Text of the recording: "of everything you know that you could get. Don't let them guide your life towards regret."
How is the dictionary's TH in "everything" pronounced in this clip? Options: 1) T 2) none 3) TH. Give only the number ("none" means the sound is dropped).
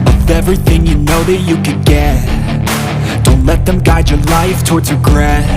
3